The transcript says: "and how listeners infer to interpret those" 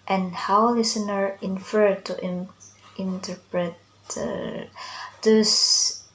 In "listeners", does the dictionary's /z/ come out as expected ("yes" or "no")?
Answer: no